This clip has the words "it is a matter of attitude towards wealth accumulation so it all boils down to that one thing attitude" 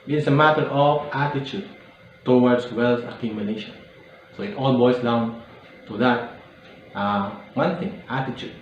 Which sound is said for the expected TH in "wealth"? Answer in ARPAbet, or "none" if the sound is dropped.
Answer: S